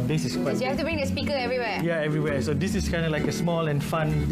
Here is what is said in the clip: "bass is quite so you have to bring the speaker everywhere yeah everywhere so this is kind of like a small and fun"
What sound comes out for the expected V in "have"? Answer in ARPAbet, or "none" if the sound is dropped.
F